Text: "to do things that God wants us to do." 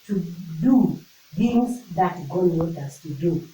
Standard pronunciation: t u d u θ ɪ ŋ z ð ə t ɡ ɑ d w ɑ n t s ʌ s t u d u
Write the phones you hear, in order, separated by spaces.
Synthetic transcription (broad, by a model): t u d u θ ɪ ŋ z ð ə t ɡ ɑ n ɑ t ʌ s t u d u